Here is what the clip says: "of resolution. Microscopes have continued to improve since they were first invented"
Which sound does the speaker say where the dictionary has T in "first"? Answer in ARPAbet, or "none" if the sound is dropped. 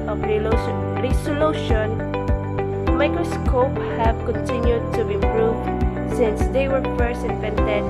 none